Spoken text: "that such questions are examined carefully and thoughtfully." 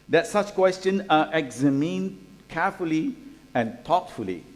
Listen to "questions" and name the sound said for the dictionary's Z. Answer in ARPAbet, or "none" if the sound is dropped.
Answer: none